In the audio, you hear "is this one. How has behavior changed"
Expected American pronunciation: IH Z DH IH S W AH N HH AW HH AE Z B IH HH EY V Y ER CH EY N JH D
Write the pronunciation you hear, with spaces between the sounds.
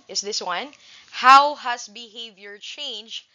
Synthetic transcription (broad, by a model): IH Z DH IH S W AH N HH AW HH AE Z B IH HH EY V Y ER CH EY N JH